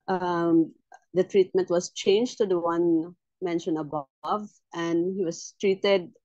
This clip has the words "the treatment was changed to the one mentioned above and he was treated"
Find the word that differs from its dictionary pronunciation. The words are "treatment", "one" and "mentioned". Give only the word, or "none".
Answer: mentioned